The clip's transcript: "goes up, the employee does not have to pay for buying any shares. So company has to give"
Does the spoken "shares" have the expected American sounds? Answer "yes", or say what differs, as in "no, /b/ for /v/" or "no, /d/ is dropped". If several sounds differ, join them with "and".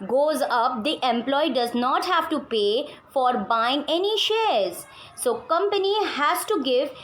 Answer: yes